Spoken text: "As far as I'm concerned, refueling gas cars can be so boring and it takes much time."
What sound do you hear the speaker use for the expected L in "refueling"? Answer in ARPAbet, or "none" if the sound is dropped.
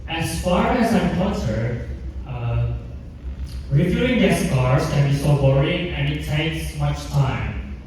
none